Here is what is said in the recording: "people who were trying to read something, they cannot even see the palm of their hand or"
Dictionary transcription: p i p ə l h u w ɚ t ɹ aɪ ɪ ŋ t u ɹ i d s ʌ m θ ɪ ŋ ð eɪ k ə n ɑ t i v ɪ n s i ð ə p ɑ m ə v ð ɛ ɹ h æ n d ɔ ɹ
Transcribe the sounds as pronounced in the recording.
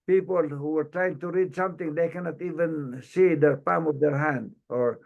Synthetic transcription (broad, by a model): p i p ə l h u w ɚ t ɹ aɪ ɪ ŋ t u ɹ i d s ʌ m t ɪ ŋ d eɪ k ə n ɑ t i v ɪ n s i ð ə p ɑ m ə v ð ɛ ɹ h æ n d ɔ ɹ